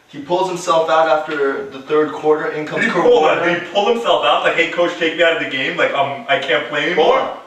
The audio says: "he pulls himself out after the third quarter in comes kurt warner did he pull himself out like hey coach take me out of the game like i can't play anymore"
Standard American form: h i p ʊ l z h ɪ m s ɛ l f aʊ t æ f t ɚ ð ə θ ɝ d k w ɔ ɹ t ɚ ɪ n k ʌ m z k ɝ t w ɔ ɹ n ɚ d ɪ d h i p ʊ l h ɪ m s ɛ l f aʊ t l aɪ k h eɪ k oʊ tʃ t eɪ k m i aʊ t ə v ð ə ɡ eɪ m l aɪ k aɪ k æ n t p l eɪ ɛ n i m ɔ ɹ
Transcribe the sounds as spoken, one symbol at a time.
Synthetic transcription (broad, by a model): h i p ʊ l z h ɪ m s ɛ l f aʊ t æ f t ɚ ð ə θ ɝ d k w ɔ ɹ t ɚ ɪ n k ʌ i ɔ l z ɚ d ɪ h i p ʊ l h ɪ m s ɛ l f aʊ t l aɪ k h eɪ k oʊ tʃ t eɪ k m i aʊ t ə v ð ə ɡ eɪ m l aɪ k aɪ k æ n p l eɪ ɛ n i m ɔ ɹ